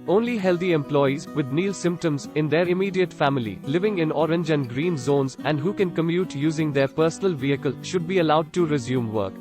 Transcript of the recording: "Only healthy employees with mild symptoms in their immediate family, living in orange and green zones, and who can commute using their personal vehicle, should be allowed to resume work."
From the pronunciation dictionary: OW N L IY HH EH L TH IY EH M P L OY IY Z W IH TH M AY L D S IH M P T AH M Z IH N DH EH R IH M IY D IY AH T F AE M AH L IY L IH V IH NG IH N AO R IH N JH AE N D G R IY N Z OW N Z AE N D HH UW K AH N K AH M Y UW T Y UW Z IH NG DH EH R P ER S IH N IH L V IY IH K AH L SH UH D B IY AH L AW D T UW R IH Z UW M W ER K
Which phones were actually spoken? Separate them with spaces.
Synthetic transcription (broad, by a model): OW N L IY HH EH L T IY EH M P L OY IY Z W IH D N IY L S IH M P T AH M Z IH N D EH R IH M IY D IY AH T F AE M AH L IY L IH V IH NG IH N AO R IH N JH AE N D G R IY N Z OW N Z AE N D HH UW K AH N K AH M Y UW T Y UW Z IH NG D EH R P ER S IH N IH L V IY IH K AH L SH UH D B IY AH L AW D T UW R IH Z UW M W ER K